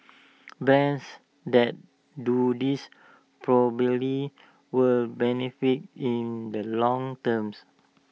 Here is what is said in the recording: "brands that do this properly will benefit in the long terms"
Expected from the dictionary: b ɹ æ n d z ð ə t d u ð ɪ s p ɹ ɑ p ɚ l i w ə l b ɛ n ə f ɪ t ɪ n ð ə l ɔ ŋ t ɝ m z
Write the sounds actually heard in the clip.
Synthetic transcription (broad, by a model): b ɛ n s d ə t d u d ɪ s p ɹ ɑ b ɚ l i w ə l b ɛ n ə f ɪ t ɪ n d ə l ɔ ŋ t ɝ m s